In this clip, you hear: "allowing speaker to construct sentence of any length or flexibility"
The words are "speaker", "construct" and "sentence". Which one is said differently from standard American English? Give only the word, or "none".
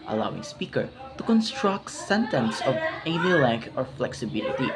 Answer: none